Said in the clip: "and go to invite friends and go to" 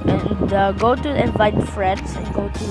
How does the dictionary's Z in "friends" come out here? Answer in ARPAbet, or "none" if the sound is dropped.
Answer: S